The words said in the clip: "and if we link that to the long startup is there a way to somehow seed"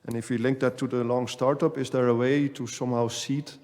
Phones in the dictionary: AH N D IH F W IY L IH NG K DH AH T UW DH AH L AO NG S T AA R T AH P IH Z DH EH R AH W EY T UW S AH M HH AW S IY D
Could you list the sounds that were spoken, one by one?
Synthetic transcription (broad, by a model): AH N IH F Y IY L IH NG K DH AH T UW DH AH L AO NG S T AA R T AH P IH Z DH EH R AH W EY T UW S AH M HH AW S IY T